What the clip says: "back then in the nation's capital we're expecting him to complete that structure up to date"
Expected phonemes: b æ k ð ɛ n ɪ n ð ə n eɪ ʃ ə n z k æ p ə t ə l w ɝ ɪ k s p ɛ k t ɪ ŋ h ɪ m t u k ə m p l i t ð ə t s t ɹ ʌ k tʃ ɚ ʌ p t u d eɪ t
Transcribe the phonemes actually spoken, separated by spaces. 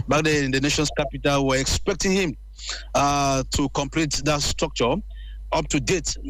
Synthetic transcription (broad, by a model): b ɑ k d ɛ ɪ n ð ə n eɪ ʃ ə n s k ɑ p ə t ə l w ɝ ɪ k s p ɛ k t ɪ ŋ h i m t u k ə m p l i t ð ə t s t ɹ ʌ k tʃ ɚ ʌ p t u d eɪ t